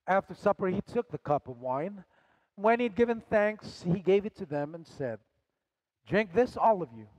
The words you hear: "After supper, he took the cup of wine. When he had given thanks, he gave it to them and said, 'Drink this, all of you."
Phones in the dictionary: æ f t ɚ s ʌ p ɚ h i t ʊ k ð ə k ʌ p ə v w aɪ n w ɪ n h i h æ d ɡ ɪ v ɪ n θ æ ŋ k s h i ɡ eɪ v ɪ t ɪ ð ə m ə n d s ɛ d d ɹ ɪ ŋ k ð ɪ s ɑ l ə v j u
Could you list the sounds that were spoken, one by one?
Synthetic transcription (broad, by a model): æ f t ɚ s ʌ p ɚ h i t ʊ k ð ə k ʌ p ə v w aɪ n w ɪ n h i d ɡ ɪ v ɪ n θ æ ŋ k s h i ɡ eɪ v ɪ t ɪ ð ə m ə n s ɛ d d ɹ ɪ ŋ k ð ɪ s ɑ l ə v j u